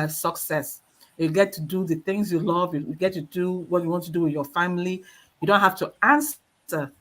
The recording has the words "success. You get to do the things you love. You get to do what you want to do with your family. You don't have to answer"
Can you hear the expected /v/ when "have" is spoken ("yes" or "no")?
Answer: no